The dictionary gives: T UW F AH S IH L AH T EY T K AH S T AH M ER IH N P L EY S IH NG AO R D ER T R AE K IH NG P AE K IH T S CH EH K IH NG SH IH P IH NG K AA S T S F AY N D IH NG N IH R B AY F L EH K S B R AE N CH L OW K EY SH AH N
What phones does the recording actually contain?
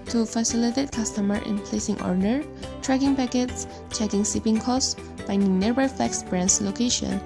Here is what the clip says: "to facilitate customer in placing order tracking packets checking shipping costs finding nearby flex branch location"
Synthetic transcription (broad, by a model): T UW F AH S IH L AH T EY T K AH S T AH M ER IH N P L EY S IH NG AO R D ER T R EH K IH NG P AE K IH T S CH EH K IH NG S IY P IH NG K AA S S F AY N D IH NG N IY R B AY F L EH K S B R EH N S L OW K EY SH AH N